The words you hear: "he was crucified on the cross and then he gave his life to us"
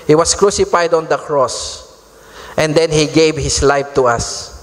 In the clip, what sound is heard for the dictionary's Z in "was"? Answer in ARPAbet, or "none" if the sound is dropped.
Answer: S